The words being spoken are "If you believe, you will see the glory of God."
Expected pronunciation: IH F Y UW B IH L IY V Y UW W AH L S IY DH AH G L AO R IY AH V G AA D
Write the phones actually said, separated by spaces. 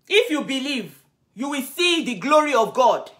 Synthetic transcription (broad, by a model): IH F Y UW B IH L IY V Y UW W AH L S IY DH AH G L AO R IY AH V G AA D